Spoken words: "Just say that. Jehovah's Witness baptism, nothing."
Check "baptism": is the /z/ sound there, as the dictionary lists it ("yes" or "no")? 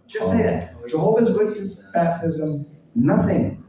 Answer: yes